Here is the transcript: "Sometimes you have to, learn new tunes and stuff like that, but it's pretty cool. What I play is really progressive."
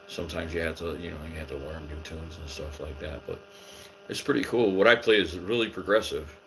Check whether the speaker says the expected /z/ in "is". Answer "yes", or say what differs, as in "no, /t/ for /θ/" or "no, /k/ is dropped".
yes